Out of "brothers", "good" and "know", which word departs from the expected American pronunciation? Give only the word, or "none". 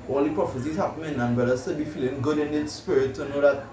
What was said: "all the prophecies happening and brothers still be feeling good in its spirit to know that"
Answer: brothers